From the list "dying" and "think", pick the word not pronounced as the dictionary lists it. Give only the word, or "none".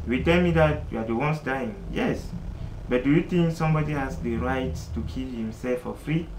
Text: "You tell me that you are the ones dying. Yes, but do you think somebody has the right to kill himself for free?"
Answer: think